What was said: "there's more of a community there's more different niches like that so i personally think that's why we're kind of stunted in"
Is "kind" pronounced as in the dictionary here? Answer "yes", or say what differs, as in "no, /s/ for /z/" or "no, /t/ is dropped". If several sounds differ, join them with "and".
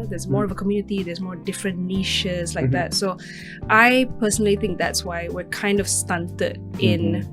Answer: yes